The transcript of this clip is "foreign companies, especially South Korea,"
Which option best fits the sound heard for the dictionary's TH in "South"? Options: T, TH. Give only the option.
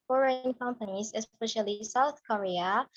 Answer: TH